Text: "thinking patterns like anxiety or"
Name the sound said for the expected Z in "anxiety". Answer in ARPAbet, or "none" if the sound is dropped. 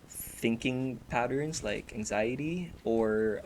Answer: Z